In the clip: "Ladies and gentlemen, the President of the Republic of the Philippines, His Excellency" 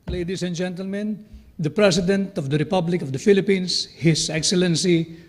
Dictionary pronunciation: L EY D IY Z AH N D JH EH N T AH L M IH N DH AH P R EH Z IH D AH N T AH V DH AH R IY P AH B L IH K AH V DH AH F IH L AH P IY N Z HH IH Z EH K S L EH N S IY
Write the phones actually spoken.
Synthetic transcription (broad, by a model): L EY D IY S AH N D JH EH N T AH L M IH N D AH P R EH S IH D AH N T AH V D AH R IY P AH B L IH K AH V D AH F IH L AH P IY N S HH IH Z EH K S L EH N S IY